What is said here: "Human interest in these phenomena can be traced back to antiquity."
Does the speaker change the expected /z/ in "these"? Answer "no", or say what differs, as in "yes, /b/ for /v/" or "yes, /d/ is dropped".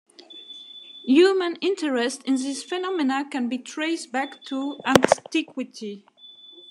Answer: yes, /s/ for /z/